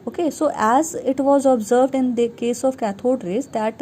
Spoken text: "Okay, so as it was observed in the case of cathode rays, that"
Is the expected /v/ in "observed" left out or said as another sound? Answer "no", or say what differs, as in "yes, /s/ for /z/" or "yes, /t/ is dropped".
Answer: no